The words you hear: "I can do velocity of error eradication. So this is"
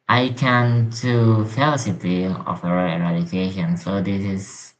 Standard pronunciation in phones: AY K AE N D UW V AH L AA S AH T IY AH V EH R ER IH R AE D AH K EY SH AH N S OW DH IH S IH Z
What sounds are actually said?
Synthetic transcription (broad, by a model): AY K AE N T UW F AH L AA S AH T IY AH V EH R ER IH R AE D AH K EY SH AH N S OW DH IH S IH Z